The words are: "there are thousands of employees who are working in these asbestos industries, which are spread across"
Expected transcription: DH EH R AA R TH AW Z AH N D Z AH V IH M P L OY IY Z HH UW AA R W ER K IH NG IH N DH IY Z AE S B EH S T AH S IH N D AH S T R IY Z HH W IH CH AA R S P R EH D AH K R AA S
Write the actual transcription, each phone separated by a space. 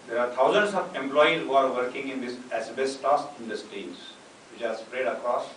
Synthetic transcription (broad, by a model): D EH R AA R T AW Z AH N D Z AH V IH M P L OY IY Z HH UW AA R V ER K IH NG IH N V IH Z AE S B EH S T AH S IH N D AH S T IY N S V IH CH AA R S P R EH D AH K R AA S